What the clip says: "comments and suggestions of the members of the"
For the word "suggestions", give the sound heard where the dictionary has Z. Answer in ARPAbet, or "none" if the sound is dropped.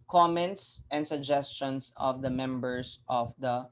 S